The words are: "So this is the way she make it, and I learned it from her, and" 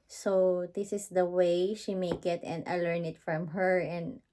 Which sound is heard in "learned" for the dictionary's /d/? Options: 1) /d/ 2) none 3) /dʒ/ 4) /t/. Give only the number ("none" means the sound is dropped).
2